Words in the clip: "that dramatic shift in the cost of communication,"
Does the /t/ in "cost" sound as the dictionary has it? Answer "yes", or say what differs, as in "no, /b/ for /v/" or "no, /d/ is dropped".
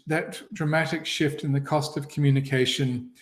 yes